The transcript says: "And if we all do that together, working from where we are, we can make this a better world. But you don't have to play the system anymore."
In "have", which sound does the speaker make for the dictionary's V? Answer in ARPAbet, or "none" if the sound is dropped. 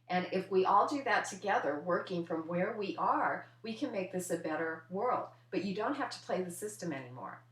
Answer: F